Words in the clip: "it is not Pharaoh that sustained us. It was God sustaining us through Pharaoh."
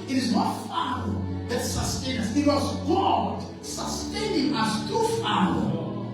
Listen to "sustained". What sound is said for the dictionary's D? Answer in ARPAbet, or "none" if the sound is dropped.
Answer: none